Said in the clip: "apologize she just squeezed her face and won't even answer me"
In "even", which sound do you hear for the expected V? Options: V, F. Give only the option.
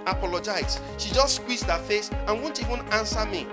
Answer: V